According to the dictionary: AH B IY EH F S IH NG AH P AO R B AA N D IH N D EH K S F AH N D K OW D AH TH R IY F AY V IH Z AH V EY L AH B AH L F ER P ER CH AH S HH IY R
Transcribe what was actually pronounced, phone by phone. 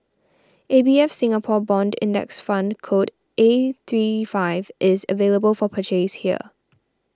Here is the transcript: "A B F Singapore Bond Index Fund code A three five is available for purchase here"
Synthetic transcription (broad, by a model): AH B IY EH F S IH NG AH P AO B AA N D IH N D EH K S F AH N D K OW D AH TH R IY F AY V IH Z AH V EY L AH B AH L F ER P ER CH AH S HH IY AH